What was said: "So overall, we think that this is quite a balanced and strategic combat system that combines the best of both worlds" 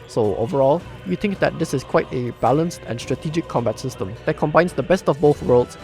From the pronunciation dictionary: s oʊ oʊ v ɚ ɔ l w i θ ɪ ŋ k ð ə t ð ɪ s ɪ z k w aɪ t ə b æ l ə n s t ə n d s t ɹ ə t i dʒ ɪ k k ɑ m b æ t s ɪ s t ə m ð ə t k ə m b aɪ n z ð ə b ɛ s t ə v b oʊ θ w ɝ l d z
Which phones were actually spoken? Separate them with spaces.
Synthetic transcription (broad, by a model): s oʊ oʊ v ɚ ɔ l w i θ ɪ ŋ k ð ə t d ɪ s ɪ s k w aɪ t ə b æ l ə n s t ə n s t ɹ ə t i dʒ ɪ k k ɑ m b æ t s ɪ s t ə m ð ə t k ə m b aɪ n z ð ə b ɛ s t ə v b oʊ θ w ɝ l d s